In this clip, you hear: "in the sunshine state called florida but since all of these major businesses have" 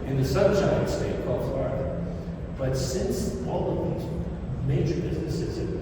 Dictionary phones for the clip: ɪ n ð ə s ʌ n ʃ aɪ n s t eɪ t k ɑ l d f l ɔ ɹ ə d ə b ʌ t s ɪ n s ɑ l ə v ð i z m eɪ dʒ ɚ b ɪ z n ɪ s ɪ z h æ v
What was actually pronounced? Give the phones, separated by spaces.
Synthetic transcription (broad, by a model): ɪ n ð ə s ʌ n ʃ aɪ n s t eɪ t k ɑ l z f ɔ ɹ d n b ʌ t s ɪ n s ɑ l ə v ð i z m eɪ dʒ ɚ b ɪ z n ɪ s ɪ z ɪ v